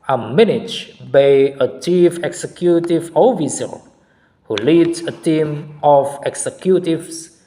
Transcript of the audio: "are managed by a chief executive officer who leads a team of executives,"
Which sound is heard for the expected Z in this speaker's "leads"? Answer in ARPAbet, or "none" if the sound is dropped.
none